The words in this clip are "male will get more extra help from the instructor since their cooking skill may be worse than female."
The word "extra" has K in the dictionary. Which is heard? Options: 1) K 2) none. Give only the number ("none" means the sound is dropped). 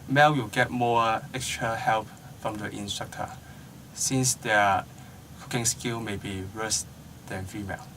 1